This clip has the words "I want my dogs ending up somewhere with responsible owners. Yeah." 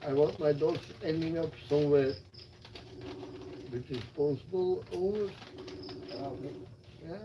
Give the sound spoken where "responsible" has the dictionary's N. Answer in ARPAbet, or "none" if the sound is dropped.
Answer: none